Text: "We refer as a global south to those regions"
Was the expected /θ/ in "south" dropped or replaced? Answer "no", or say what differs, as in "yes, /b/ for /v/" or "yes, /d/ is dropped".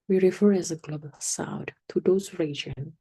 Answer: yes, /t/ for /θ/